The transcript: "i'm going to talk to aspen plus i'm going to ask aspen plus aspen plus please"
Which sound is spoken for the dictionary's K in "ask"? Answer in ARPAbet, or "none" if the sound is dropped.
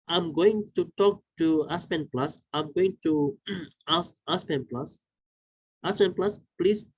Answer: none